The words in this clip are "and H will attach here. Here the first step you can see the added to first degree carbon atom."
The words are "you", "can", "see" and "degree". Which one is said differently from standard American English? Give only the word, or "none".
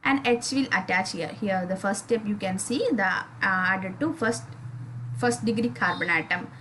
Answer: none